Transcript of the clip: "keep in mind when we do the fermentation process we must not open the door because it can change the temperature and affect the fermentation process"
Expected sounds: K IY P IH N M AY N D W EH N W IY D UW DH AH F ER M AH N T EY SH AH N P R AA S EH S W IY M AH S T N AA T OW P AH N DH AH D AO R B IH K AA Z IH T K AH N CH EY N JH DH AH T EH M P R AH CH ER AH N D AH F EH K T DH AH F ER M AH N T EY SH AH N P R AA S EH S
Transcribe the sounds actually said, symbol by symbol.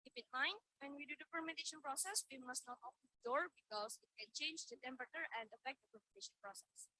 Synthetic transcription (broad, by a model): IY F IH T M AY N W EH N W IY D UW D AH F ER M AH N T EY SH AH N P R AA S EH S W IY M AH S T N AA T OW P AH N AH D AO R B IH K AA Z IH T K AH N CH EY N JH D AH T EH M P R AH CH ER AH N D AH F EH K T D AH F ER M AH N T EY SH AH N P R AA S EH S